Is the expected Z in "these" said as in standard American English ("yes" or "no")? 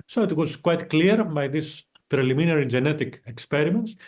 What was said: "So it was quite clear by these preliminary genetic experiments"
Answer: no